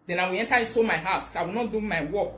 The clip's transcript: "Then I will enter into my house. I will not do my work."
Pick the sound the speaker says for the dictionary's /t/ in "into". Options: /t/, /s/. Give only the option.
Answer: /s/